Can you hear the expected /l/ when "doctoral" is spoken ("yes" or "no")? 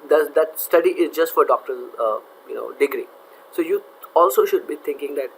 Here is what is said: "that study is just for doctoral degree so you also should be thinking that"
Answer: no